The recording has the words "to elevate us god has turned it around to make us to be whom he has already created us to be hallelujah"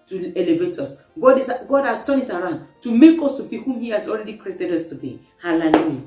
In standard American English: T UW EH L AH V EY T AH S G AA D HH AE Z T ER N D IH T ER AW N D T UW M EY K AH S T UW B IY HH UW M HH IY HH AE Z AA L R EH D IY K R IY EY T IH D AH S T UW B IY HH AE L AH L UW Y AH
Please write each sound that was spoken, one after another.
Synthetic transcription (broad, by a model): T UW EH L AH V EY T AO S G AA D HH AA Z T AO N IH T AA AW N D T UW M EY K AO S T UW B IY HH UW M HH IY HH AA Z AA L R EH D IY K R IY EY T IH D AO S T UW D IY HH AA L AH L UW Y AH